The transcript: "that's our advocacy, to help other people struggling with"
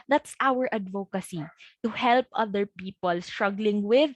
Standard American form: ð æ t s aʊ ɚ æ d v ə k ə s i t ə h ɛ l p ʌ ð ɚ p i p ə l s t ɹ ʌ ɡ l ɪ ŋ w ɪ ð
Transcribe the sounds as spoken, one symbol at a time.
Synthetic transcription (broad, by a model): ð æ t s aʊ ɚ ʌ d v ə k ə s i t ə h ɛ l p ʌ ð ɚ p i p ə l s t ɹ ʌ ɡ l ɪ ŋ w ɪ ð